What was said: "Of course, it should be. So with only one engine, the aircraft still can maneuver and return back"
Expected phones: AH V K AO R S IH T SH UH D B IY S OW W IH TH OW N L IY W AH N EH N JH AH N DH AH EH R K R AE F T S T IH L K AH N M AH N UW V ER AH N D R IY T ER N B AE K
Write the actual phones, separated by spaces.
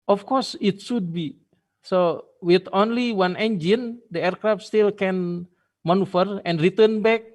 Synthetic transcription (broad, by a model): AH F K AO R S IH T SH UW D B IY S OW W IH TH OW N L IY W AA N EH N JH AH N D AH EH R K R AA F S T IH L K AH N M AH N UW F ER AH N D R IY T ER N B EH K